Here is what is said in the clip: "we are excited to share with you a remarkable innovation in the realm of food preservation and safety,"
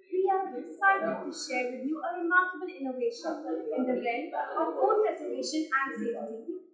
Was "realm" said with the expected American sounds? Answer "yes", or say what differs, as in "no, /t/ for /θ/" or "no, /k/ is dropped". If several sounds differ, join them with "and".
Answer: no, /l/ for /ɹ/